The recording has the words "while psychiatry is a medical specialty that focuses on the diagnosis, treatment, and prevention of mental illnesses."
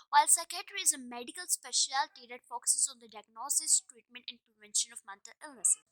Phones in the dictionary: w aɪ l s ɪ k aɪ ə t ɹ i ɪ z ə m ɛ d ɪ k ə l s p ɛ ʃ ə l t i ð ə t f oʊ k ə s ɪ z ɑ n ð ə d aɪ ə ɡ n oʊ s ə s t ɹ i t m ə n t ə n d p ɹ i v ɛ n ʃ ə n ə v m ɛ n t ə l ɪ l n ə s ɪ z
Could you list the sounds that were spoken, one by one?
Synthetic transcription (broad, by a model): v aɪ l s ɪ k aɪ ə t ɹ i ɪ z ə m ɛ d ɪ k ə l s p ɛ ʃ ə l t i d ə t f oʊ k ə s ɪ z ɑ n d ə d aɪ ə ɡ n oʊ s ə s t ɹ i t m ə n t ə n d p ɹ i v ɛ n ʃ ə n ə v m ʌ n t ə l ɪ l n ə s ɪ